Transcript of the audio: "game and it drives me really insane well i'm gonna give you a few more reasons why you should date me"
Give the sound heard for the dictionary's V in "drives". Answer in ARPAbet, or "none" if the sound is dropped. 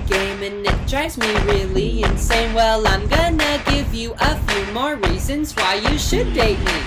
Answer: none